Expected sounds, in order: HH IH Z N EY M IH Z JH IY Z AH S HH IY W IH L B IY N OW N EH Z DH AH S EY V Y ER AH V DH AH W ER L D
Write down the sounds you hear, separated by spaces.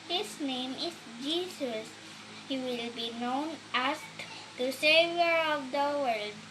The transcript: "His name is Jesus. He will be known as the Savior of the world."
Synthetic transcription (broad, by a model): HH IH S N EY M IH S JH IY S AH S HH IY W IH L B IY N OW N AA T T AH S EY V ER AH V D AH W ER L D